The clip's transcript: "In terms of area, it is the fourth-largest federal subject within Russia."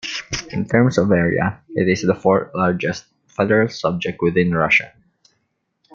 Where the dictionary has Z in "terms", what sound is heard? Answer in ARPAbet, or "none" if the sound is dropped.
S